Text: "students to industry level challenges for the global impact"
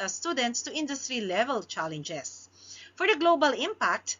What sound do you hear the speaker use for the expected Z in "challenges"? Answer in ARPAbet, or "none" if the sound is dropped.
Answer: S